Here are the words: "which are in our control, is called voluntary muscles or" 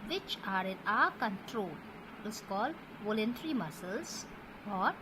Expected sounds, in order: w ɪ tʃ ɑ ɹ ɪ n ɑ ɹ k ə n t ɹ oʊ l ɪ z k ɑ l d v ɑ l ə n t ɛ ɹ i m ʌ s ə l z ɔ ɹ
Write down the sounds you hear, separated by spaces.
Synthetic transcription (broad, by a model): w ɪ tʃ ɑ ɹ ɪ n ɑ k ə n t ɹ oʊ l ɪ s k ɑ l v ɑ l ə n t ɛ ɹ i m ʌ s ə l s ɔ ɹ